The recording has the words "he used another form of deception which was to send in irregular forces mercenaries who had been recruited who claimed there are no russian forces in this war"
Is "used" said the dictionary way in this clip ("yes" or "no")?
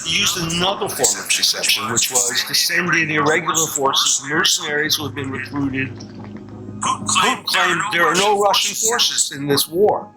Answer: yes